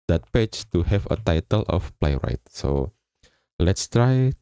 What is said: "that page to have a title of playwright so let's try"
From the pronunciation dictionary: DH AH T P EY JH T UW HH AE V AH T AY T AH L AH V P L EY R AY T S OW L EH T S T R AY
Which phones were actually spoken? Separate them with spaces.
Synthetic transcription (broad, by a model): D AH T P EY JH T UW HH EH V AH T AY T AH L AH F P L EY R AY T S OW L EH T S T R AY